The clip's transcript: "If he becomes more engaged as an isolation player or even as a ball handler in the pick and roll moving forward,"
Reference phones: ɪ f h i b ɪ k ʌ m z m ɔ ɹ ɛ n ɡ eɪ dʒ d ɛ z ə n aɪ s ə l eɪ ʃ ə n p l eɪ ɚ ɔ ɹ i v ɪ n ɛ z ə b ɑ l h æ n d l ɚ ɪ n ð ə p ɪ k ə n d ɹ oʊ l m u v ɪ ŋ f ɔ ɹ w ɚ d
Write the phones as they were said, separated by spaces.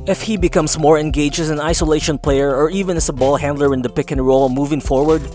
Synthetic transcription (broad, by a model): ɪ f h i b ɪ k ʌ m s m ɔ ɹ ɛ n ɡ eɪ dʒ ɛ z ə n aɪ s ə l eɪ ʃ ə n p l eɪ ɚ ɔ ɹ i v ɪ n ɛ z ə b ɑ l h æ n d l ɚ ɪ n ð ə p ɪ k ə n ɹ oʊ l m u v ɪ ŋ f ɔ ɹ w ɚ d